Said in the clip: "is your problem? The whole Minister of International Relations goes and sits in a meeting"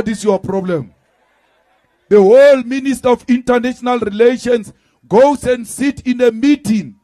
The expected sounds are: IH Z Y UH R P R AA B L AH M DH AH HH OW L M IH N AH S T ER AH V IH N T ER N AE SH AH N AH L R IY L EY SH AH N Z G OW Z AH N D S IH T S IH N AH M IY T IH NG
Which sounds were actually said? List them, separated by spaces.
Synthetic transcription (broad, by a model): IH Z Y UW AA P R AA B L AH M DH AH HH OW L M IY N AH S T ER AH F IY N T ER N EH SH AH N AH L R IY L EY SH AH N S G OW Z AH N D S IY T IH N AH M IY T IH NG